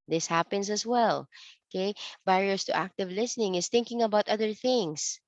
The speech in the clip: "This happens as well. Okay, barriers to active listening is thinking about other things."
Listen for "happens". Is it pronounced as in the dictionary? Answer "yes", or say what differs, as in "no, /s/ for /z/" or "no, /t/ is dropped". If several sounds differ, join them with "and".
no, /s/ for /z/